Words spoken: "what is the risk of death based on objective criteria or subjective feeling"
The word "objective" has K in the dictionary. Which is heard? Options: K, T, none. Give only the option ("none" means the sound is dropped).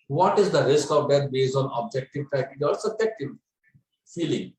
K